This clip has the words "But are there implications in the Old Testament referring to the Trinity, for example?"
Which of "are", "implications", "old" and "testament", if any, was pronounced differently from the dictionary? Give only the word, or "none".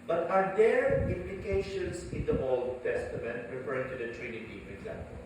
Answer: implications